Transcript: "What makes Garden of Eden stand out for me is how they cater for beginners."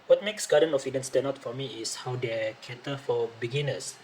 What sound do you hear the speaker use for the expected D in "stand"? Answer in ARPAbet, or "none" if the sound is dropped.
none